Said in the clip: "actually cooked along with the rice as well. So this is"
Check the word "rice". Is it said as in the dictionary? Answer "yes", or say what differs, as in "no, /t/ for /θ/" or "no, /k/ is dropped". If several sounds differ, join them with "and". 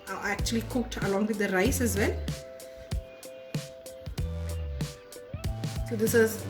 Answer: yes